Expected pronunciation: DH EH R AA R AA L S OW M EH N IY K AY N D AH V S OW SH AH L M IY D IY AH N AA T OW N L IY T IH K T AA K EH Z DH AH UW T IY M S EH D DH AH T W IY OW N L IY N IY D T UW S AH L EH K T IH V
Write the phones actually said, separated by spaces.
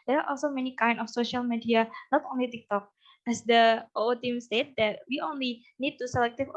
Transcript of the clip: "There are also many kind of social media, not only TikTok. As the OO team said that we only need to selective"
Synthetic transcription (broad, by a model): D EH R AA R AA L S OW M EH N IY K AY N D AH F S OW SH AH L M IY D IY AH N AA T OW N L IY T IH K T AA K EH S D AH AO T IY M S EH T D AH T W IY OW N L IY N IY D T UW S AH L EH K T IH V